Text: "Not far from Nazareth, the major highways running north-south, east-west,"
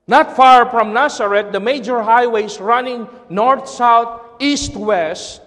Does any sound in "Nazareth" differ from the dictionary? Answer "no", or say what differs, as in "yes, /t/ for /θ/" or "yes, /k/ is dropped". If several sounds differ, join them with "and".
yes, /s/ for /z/